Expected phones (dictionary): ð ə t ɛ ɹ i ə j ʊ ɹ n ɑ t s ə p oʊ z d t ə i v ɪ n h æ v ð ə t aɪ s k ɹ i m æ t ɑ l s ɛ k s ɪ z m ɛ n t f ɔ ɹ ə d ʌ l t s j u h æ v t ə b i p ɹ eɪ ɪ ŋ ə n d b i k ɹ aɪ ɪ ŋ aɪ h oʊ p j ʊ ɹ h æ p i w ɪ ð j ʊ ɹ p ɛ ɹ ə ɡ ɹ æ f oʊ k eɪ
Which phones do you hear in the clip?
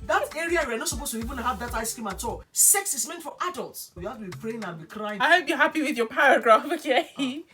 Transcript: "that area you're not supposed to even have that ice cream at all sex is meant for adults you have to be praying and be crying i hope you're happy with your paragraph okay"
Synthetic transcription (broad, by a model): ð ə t ɛ ɹ i ə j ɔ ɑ n ɑ t s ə p oʊ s t ə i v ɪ n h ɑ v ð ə t aɪ s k i m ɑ t ɑ l s ɛ k s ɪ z m ɛ n t f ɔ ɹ ə d ʌ l t s j u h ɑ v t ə b i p ɹ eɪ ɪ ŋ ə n b i k ɹ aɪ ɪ aɪ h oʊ b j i h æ p i w ɪ ð j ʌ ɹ p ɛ ɹ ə ɡ ɹ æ f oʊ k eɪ